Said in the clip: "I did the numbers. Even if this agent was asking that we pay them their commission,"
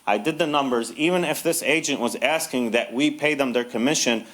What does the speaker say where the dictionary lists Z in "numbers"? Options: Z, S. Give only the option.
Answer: Z